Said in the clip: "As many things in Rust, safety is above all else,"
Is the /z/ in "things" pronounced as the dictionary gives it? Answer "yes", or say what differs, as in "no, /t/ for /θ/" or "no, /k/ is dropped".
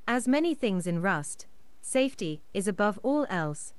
yes